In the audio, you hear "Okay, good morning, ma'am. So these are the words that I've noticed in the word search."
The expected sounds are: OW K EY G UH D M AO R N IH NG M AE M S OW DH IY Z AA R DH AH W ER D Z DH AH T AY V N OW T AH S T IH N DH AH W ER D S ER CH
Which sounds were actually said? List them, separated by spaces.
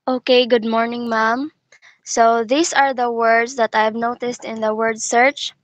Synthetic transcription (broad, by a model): OW K EY G UH D M AO R N IH NG M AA M S OW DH IY S AA R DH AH W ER D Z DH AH T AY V N OW T AH S T IH N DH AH W ER D S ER CH